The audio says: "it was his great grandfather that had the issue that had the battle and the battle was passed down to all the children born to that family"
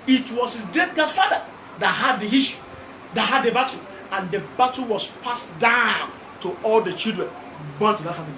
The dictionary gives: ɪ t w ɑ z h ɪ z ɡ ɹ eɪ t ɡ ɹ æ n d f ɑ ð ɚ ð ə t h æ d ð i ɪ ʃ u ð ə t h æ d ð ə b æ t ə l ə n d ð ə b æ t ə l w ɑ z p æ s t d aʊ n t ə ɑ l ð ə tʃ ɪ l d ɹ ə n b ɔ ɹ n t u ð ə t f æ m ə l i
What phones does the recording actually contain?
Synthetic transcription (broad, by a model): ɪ t w ɑ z h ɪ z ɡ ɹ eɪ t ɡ ɑ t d f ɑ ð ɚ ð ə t h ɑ d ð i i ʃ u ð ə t h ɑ d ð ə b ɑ t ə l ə n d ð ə b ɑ t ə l w ɑ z p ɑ s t d aʊ n t ə ɑ l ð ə tʃ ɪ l d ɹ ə n b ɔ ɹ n t u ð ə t f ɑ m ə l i